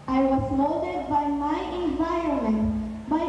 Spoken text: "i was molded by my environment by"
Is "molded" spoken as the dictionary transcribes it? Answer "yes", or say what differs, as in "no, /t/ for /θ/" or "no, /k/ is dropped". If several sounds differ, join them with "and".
no, /l/ is dropped